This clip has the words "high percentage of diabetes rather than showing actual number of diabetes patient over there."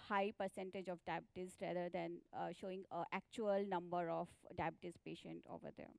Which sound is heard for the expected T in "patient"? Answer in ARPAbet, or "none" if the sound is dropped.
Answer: T